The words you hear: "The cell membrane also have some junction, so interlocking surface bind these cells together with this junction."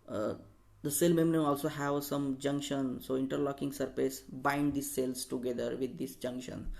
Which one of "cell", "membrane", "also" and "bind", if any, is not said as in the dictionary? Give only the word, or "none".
membrane